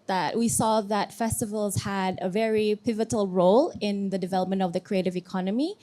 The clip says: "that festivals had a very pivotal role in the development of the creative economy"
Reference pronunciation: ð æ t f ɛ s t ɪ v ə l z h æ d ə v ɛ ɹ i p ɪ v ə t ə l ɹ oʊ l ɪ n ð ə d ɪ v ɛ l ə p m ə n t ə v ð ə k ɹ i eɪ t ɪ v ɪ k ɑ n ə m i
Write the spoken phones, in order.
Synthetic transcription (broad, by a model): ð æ t f ɛ s t ɪ v ə l z h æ d ə v ɛ ɹ i p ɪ v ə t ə l ɹ oʊ l ɪ n ð ə d ɪ v ɛ l ə p m ə n t ə v ð ə k ɹ i eɪ t ɪ v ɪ k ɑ n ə m i